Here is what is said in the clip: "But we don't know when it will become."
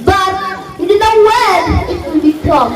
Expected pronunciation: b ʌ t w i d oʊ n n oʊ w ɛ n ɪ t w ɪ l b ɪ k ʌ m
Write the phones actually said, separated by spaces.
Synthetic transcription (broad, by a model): b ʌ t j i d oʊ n n oʊ w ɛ l ɪ t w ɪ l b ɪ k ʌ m